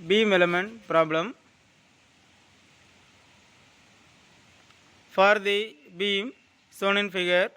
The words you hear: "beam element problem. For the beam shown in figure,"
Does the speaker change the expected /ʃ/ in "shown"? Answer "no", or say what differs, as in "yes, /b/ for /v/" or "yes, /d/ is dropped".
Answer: yes, /s/ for /ʃ/